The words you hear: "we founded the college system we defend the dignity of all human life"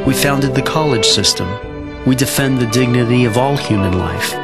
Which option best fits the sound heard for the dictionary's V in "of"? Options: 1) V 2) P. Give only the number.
1